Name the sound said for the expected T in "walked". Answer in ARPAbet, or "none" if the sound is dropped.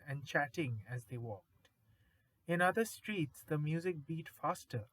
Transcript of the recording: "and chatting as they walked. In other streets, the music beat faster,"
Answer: T